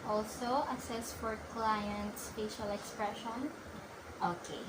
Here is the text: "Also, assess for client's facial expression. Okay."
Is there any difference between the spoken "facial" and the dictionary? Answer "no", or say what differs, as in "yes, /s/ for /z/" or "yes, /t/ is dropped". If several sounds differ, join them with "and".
yes, /p/ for /f/